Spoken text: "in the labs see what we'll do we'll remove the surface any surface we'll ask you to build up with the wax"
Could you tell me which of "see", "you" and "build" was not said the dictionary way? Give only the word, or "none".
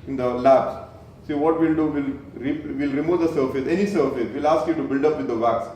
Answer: none